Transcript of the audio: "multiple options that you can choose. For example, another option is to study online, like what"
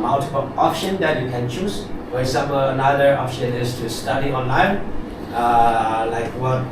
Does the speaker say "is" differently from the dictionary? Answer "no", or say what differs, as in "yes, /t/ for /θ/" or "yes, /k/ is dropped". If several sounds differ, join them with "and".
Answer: yes, /s/ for /z/